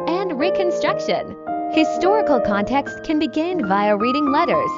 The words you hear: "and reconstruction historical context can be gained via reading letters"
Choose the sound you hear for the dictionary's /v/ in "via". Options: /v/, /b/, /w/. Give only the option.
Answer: /v/